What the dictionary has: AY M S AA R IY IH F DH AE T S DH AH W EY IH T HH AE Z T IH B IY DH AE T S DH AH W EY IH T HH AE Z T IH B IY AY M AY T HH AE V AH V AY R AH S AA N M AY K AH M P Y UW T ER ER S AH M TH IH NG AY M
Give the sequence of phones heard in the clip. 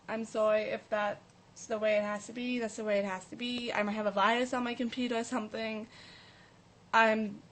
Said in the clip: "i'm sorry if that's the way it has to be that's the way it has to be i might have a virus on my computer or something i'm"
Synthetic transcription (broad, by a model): AY M S AA R IY IH F DH AE T S DH AH W EY IH T HH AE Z T IH B IY DH AE T S DH AH W EY IH T HH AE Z T IH B IY AY M AY T HH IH V AH V AY AH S N M AY K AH M P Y UW T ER ER S AH M TH IH NG AY M